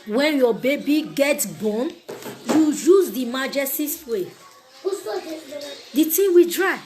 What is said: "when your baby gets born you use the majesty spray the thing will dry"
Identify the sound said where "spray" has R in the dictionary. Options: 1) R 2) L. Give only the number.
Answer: 2